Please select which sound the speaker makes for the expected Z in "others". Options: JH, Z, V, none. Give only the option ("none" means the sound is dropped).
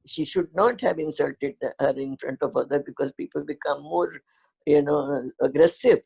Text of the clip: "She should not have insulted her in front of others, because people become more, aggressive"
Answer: none